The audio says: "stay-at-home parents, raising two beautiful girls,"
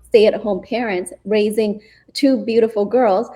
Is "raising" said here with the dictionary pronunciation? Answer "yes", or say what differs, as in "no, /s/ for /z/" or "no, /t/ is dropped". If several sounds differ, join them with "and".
yes